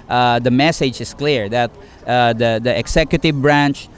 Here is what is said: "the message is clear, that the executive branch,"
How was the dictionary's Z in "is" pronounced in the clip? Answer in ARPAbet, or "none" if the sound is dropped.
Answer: S